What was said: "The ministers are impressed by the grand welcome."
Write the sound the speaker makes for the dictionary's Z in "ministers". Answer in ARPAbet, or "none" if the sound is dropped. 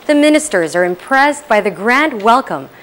Z